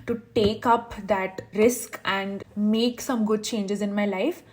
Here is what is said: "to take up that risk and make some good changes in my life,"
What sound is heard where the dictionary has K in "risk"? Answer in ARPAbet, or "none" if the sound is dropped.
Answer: K